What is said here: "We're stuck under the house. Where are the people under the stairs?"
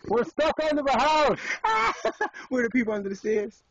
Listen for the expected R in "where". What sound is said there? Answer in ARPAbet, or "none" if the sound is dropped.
W